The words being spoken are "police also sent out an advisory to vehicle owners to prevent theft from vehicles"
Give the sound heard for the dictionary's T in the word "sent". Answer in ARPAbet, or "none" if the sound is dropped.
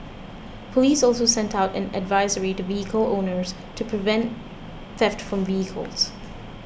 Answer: T